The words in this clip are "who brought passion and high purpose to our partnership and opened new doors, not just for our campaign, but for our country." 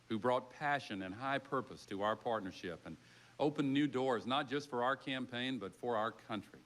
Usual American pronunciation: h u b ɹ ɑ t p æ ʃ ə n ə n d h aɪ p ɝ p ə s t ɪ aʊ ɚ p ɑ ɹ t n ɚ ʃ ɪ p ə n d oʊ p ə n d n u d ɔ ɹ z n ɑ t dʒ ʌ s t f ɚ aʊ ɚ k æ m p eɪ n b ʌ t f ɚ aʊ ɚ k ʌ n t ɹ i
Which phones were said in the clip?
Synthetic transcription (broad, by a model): h u b ɹ ɑ t p æ ʃ ə n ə n h aɪ p ɝ p ə s t ɪ aʊ ɚ p ɑ ɹ t n ɚ ʃ ɪ p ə n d oʊ p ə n n u d ɔ ɹ z n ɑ t dʒ ʌ s t f ɚ aʊ ɚ k æ m p eɪ n b ʌ t f ɚ aʊ ɚ k ʌ n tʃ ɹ i